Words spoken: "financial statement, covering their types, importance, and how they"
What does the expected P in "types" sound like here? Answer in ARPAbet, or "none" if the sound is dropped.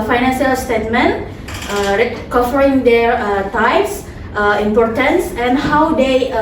none